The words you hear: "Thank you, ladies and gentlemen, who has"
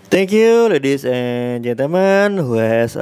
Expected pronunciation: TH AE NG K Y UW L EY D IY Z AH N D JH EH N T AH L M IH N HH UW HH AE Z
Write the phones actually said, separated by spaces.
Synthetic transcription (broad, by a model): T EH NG K Y UW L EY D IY S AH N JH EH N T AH M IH N HH UW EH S